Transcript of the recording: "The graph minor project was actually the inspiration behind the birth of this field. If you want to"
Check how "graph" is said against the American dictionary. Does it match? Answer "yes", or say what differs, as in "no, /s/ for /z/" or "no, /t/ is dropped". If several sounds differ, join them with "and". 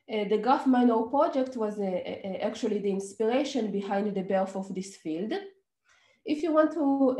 no, /ɹ/ is dropped